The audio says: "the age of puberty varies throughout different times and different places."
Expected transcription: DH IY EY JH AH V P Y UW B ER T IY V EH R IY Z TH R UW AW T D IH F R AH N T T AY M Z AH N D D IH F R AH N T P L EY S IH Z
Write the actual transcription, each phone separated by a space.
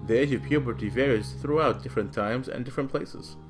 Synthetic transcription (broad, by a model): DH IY EY JH AH V P Y UW B ER T IY V EH R IY Z TH R UW AW T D IH F R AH N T T AY M Z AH N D D IH F R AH N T P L EY S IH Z